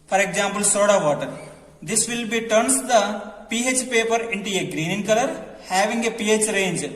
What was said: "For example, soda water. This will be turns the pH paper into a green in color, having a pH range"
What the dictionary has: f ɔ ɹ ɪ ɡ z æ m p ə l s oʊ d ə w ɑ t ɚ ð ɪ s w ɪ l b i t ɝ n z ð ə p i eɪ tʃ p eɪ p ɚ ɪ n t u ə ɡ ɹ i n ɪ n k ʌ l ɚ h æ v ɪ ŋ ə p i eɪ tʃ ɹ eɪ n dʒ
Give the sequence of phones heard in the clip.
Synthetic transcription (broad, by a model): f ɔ ɹ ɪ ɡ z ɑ m p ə l s oʊ d ə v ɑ t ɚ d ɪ s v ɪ l b i t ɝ n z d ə p i eɪ tʃ p eɪ p ɚ ɪ n t u ə ɡ ɹ i n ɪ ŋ k ʌ l ɚ h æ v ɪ ŋ ə p i eɪ tʃ ɹ eɪ n dʒ